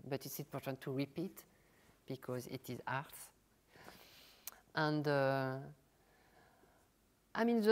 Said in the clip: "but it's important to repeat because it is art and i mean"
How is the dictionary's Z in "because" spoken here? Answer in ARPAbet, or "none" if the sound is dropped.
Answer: Z